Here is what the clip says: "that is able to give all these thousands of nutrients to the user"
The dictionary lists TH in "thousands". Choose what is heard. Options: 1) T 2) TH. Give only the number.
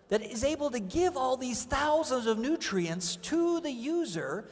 2